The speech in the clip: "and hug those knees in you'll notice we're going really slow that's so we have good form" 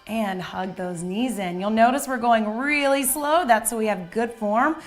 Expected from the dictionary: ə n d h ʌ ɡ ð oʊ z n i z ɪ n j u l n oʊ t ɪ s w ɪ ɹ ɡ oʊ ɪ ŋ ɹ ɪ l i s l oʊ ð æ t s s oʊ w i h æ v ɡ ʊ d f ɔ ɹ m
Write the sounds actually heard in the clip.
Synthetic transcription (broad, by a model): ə n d h ʌ ɡ ð oʊ z n i z ɪ n j u l n oʊ t ɪ s w ɪ ɹ ɡ oʊ ɪ ŋ ɹ ɪ l i s l oʊ ð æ t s s oʊ w i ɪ v ɡ ʊ d f ɔ ɹ m